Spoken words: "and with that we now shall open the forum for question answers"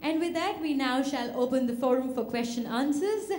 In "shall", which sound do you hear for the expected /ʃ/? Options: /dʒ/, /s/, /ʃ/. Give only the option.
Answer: /ʃ/